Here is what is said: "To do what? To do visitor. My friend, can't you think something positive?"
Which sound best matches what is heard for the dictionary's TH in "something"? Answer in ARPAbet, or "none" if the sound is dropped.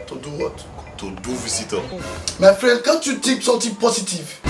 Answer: T